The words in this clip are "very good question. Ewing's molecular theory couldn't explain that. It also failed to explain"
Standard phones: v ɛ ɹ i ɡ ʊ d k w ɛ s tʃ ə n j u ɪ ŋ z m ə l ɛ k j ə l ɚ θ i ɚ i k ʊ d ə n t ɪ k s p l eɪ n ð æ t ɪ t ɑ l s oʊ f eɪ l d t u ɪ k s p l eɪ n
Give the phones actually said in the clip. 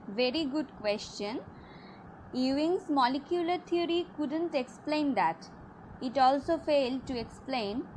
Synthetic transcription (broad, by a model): v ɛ ɹ i ɡ ʊ d k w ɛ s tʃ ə n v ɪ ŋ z m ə l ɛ k j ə l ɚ t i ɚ i k ʊ d ə n t ɪ k s p l eɪ n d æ t ɪ t ɑ l s oʊ f eɪ l d t u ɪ k s p l eɪ n